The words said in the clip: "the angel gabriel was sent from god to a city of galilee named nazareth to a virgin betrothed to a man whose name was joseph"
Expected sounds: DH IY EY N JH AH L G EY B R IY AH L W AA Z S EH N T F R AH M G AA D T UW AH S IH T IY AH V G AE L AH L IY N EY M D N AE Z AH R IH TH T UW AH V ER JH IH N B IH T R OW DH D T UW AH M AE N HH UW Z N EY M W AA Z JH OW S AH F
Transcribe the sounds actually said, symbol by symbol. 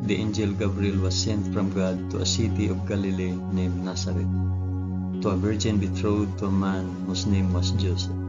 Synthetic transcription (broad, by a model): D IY EY N JH AH L G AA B R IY L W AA S EH N T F R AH M G AA D T UW AH S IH T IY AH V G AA L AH L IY N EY M N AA S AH R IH T UW AH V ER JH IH N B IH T R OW D T UW AH M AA N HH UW S N EY M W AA S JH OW S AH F